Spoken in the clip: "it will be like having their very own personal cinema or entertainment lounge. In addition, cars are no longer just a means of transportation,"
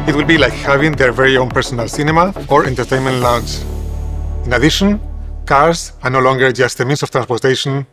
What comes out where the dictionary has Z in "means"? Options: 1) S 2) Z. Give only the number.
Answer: 1